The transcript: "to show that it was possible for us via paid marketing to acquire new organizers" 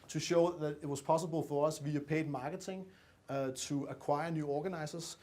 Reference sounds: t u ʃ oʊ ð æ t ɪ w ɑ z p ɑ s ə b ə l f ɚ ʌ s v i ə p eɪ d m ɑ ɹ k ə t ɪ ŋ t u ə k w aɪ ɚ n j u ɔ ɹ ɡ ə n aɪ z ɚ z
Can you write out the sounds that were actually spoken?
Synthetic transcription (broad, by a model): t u ʃ oʊ ð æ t ɪ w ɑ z p ɑ s ə b ə l f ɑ ʌ s v i ə p eɪ d m ɑ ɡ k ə s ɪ ŋ s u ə k w aɪ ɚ n j u ɔ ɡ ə n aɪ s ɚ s